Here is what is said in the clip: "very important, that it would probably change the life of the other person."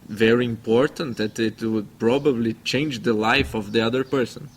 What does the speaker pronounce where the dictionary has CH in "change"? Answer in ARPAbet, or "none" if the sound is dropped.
CH